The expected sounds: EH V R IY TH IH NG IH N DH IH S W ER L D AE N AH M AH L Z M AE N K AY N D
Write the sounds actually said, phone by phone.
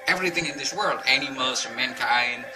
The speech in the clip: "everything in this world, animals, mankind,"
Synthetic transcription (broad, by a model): EH V R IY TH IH NG IH N DH IH S W ER L D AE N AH M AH L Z M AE N K AY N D